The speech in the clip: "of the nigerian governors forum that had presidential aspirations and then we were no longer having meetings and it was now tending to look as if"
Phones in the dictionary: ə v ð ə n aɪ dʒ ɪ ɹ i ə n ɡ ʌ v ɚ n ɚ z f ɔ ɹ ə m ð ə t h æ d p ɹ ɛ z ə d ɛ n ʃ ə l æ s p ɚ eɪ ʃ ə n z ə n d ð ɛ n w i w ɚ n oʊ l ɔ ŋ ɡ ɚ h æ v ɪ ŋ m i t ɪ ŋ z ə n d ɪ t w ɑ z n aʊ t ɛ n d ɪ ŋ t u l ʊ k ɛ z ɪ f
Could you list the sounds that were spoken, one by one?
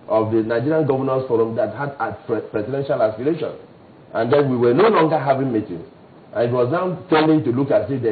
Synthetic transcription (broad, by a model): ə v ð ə n aɪ dʒ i ɹ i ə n ɡ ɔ v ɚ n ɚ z f ɔ ɹ ə m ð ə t h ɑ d p ɹ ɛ s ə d ɛ n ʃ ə l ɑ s p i eɪ ʃ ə n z ə n d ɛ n w i w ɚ n oʊ l ɔ ŋ ɡ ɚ h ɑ v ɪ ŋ m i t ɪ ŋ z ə n ɪ t w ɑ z n aʊ t ɛ n d ɪ ŋ t u l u k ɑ s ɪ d